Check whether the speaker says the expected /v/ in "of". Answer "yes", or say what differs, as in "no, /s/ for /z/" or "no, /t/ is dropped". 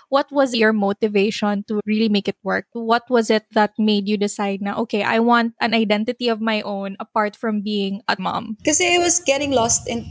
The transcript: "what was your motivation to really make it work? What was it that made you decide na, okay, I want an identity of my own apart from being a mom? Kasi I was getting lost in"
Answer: yes